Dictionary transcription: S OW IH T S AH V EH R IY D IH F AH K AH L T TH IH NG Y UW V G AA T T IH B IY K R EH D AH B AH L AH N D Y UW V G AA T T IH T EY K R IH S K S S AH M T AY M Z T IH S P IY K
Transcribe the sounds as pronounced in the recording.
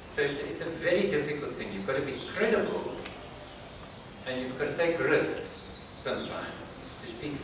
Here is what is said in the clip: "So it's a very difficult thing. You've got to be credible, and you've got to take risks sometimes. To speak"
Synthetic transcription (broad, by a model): S OW IH T S AH V EH R IY D IH F AH K AH L T TH IH NG Y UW V G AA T T IH B IY K R EH D AH B AH L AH N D Y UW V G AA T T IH T EY K R IH S K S S AH M T AY M Z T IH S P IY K